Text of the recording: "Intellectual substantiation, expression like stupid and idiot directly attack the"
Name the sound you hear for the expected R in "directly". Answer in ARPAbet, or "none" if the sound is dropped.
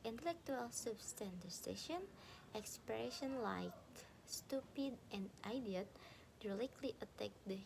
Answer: L